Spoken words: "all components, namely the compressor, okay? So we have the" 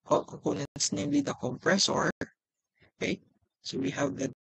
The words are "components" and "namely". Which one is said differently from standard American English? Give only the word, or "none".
components